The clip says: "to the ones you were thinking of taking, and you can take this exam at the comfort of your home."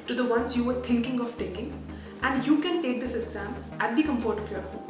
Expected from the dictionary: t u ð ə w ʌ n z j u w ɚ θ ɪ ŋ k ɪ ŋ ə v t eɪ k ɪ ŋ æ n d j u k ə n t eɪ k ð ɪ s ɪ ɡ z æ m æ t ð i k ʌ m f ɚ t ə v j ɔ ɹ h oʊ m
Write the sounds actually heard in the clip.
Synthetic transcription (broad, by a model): t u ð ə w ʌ n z j u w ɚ t ɪ ŋ k ɪ ŋ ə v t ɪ k ɪ ŋ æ n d j u k ə n t eɪ k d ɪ s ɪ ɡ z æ m æ t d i k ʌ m f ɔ t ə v j ɔ ɹ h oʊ